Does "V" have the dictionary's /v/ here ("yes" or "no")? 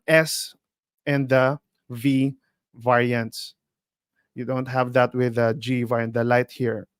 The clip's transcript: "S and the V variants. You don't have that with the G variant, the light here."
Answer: yes